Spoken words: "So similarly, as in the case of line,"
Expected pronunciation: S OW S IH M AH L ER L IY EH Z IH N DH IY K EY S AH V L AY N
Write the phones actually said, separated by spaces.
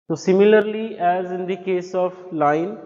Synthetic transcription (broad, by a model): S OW S IH M AH L ER L IY EH Z IH N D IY K EY S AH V L AY N